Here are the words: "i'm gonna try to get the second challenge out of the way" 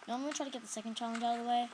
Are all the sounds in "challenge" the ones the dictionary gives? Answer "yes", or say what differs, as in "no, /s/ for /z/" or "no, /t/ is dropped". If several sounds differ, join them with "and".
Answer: yes